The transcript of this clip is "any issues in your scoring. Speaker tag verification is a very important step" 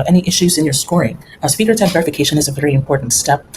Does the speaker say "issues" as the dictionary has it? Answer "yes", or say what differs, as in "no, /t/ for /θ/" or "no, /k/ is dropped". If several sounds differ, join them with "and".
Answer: yes